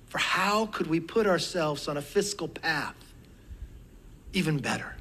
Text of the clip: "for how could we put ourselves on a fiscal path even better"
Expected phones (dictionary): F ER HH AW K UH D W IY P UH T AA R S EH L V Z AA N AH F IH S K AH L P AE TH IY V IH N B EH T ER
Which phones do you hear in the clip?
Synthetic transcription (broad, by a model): F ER HH AW K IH D W IY P UH T AA R S EH L V Z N AH F IH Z K L P AE TH IY V IH N B EH T ER